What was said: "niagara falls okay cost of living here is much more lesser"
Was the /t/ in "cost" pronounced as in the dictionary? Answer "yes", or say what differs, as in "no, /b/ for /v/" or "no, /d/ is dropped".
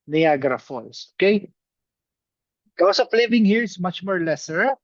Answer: no, /t/ is dropped